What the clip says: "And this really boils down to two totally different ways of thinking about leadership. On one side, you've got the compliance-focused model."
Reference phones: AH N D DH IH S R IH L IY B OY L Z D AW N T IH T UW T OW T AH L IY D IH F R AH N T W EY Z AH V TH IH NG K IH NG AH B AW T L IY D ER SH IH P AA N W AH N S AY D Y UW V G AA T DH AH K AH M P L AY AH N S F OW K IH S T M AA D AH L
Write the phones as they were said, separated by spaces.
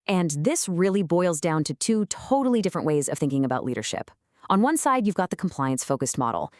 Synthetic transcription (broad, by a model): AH N DH IH S R IH L IY B OY L Z D AW N T IH T UW T OW T L IY D IH F R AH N T W EY Z AH V TH IH NG K IH NG AH B AW T L IY D ER SH IH P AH N W AH N S AY D Y UW V G AA T DH AH K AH M P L AY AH N S F OW K IH S T M AA D L